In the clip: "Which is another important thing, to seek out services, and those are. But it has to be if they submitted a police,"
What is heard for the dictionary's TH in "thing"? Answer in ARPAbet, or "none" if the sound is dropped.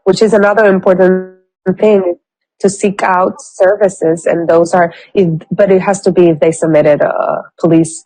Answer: TH